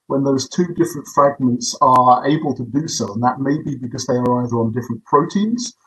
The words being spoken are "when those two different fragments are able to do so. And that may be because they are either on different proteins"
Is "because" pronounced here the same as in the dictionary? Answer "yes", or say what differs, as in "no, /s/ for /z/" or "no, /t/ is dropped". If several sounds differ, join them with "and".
yes